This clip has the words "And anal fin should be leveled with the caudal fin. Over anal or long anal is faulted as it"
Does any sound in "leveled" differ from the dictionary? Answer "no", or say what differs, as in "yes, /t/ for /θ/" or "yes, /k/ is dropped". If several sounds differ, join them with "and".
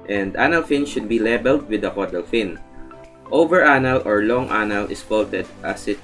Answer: yes, /b/ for /v/